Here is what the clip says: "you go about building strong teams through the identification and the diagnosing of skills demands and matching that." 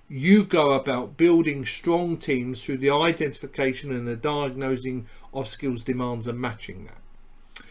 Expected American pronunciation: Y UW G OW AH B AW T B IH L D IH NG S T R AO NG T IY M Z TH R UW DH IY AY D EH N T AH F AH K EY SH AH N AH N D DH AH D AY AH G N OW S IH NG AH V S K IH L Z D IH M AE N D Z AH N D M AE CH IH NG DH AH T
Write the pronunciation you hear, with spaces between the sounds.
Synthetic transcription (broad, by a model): Y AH G OW AH B AW T B IH L D IH NG S T R AO NG T IY M Z TH R UW DH IY AY D EH N T AH F AH K EY SH AH N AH N DH AH D AY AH G N OW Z IH NG AH V S K IH L Z D IH M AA N D Z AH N M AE CH IH NG DH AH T